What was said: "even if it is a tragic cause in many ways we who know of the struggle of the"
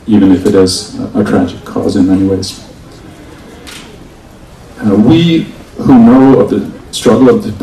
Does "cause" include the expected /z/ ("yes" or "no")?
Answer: yes